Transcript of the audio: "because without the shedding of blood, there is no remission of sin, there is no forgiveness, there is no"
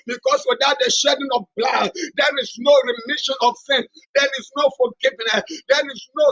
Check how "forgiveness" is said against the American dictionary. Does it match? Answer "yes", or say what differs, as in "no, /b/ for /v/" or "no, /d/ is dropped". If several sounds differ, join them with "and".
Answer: no, /l/ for /ɹ/